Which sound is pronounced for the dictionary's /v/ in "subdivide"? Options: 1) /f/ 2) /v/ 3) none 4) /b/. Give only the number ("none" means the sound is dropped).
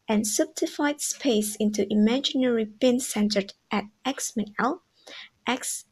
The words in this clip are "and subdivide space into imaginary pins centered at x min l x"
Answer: 1